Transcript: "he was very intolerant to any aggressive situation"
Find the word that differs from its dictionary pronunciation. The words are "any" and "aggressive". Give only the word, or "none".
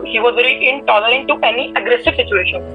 none